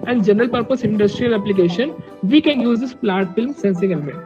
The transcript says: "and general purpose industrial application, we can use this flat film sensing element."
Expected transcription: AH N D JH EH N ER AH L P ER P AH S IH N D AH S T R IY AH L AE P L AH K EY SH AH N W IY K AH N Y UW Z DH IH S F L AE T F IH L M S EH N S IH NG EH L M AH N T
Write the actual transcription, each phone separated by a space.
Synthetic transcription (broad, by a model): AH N D JH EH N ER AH L P ER P AH S IH N D AH S T R IY AH L AE P L AH K EY SH AH N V IY K AH N Y UW Z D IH S P L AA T F IH L M S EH N S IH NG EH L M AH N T